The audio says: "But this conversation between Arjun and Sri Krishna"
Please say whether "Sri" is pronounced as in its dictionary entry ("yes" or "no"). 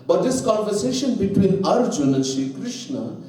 no